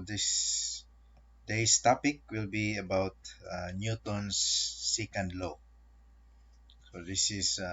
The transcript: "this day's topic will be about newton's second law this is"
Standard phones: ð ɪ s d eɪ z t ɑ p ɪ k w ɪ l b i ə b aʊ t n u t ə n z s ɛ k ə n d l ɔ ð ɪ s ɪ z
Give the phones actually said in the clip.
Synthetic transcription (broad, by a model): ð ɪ s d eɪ s t ɑ p ɪ k w ɪ l b i ə b aʊ t n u t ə n s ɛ k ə n d l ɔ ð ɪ s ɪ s